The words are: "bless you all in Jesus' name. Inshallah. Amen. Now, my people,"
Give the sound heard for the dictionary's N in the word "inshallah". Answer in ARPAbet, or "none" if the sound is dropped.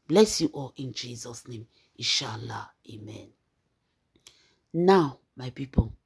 none